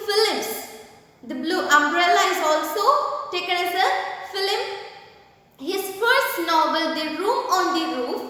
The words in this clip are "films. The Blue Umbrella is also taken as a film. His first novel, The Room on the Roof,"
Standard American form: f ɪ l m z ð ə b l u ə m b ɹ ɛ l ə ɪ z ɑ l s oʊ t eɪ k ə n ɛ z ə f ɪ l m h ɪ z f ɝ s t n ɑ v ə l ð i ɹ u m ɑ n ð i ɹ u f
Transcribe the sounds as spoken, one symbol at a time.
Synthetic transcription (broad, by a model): f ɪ l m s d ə b l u ə m b ɹ ɛ l ə ɪ z ɑ l s oʊ t eɪ k ə n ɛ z ə f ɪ l m h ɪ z f ɝ s t n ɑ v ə l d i ɹ u m ɑ n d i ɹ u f